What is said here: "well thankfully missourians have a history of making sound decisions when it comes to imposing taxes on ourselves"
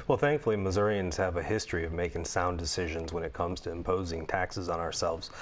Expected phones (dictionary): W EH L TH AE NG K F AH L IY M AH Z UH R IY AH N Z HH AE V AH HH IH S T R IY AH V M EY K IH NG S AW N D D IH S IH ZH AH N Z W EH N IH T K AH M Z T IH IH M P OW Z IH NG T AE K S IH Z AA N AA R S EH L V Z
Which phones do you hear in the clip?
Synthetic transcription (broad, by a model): W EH L TH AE NG K F L IY M AH Z UH R IY AH N Z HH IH V AH HH IH S T R IY AH V M EY K IH NG S AW N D D IH S IH ZH AH N Z W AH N IH T K AH M Z T IH IH M P OW Z IH NG T AE K S IH Z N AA R S EH L V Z